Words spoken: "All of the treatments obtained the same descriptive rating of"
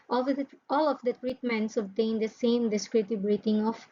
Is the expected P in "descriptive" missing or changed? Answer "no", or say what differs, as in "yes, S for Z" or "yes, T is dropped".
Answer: yes, P is dropped